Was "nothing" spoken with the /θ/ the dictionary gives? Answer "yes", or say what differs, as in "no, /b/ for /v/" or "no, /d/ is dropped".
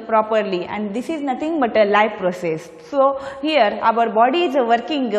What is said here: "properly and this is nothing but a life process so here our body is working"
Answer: no, /t/ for /θ/